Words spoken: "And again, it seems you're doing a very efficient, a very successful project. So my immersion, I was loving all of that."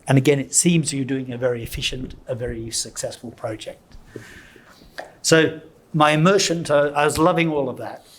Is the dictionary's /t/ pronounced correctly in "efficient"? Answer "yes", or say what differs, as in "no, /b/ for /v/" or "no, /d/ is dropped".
yes